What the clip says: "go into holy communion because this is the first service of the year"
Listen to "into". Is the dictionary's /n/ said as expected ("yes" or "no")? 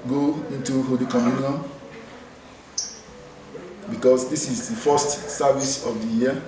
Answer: yes